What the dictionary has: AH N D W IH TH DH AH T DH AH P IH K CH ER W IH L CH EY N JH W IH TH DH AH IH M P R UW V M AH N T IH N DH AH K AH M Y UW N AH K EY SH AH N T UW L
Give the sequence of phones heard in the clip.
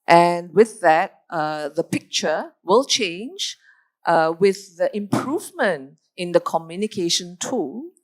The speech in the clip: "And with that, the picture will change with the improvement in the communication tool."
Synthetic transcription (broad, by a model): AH N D W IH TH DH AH T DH AH P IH K CH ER W IH L CH EY N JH W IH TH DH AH IH M P R UW V M AH N T IH N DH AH K AH M Y UW N AH K EY SH AH N T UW